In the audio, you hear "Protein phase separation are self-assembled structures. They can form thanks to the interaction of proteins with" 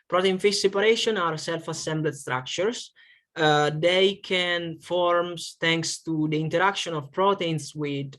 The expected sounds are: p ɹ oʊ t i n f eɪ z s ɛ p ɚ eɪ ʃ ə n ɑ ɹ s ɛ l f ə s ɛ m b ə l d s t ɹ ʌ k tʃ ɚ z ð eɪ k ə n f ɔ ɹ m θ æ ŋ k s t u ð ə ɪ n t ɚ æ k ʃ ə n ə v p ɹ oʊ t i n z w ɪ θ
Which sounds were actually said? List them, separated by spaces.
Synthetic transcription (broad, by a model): p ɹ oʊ t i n f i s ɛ p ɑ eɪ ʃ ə n ɑ ɹ s ɛ l f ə s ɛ m b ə d s t ɹ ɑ k tʃ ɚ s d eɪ k ə n f ɔ ɹ m t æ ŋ k s t u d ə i n t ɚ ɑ k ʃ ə n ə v p ɹ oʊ t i n s w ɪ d